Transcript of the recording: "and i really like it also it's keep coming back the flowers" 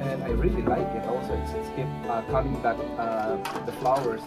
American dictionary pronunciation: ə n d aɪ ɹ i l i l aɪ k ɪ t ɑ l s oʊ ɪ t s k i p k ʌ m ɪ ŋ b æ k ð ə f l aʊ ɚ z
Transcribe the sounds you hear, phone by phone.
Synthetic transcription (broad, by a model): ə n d aɪ ɹ i l i l aɪ k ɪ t ɑ l s oʊ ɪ s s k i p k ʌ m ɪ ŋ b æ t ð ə f l aʊ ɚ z